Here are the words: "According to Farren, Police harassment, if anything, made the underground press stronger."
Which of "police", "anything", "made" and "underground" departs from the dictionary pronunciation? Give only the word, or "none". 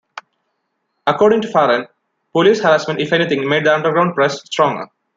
anything